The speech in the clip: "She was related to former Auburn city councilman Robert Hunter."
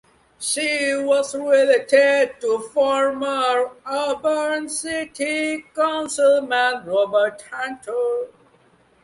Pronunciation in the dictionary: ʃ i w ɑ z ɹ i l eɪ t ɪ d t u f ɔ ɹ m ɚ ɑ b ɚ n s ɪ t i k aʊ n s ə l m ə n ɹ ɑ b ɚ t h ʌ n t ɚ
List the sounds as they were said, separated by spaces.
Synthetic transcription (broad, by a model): ʃ i w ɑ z ɹ i l eɪ t ɪ d t u f ɔ ɹ m ɚ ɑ b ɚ n s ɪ t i k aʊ n s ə l m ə n ɹ ɑ b ɚ t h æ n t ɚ